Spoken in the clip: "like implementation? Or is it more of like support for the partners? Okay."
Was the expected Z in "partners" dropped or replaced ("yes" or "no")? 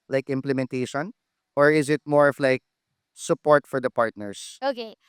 yes